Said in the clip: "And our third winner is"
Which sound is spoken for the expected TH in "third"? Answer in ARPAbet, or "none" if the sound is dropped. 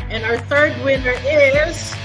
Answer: TH